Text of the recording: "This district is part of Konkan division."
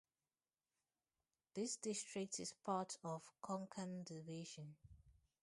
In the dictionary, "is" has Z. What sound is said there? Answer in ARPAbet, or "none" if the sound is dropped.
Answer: S